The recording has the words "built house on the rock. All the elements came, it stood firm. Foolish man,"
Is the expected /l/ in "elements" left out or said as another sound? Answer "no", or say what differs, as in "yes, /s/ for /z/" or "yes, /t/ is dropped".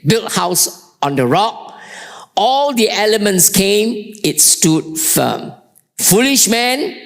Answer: no